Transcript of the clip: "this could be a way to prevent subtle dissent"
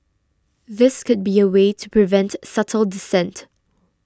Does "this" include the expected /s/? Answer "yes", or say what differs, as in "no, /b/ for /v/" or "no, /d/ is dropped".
yes